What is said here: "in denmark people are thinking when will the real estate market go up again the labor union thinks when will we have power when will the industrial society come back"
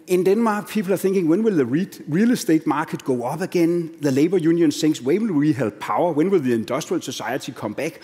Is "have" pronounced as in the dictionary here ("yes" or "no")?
no